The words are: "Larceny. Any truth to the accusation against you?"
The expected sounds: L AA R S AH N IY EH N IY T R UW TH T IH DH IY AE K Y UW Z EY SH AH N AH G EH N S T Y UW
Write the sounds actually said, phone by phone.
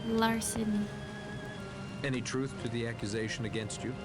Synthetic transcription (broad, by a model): L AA R S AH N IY EH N IY T R UW TH T IH DH IY AE K Y UW Z EY SH AH N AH G EH N S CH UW